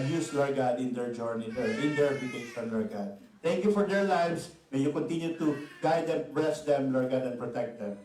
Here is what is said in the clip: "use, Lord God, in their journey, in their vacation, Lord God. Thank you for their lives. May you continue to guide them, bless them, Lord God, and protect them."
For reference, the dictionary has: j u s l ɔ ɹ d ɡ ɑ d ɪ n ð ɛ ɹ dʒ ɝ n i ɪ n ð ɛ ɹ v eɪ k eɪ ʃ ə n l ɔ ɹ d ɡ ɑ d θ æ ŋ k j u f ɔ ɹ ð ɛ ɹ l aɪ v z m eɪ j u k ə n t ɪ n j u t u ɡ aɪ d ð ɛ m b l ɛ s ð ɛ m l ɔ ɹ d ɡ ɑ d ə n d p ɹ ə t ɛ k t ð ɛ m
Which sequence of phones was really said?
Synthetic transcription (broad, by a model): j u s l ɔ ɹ ɡ ɑ d ɪ n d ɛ ɹ dʒ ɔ n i ɪ n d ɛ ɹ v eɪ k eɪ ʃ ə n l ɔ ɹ ɡ ɑ d t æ ŋ k j u f ɔ ɹ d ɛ ɹ l aɪ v s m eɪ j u k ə n t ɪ n j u t u ɡ aɪ d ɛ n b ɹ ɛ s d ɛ m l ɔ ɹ ɡ ɑ d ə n p ɹ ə t ɛ k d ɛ m